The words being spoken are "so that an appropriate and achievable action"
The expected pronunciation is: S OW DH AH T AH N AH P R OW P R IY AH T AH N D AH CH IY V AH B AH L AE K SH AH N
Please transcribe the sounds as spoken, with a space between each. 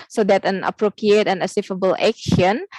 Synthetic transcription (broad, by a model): S OW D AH T AH N AH P R OW P R IY AH T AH N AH S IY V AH B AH L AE K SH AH N